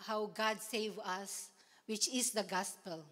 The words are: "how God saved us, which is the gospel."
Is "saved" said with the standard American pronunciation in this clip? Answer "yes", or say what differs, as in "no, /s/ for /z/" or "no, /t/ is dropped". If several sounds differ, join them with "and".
no, /d/ is dropped